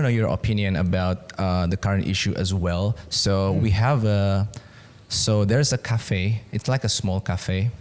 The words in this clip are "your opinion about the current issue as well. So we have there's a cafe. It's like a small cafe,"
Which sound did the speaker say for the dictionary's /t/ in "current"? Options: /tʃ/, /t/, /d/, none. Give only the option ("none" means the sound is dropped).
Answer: /t/